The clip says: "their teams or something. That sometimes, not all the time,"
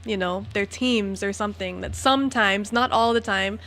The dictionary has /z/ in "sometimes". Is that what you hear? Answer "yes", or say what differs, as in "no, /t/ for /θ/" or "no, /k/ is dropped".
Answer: yes